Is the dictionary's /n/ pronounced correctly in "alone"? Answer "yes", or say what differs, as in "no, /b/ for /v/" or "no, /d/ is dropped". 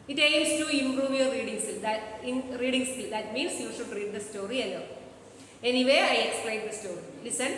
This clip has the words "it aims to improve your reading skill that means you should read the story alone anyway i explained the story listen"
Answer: no, /n/ is dropped